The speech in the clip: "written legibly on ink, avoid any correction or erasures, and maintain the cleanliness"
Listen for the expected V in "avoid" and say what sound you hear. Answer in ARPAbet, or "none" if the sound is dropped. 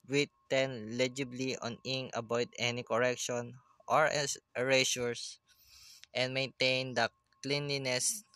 B